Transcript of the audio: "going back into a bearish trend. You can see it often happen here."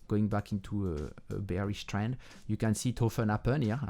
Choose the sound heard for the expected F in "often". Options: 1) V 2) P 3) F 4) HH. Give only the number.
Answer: 3